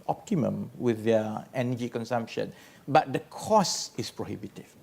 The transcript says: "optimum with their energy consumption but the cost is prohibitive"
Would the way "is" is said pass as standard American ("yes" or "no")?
no